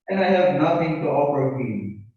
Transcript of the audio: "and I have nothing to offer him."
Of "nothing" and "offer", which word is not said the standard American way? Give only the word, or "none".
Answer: offer